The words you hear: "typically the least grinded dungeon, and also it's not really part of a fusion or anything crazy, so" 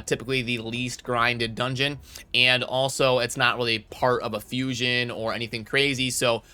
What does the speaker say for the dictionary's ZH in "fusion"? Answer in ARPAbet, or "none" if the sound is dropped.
ZH